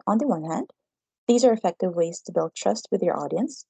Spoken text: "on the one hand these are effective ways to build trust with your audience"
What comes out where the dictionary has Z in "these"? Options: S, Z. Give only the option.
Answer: Z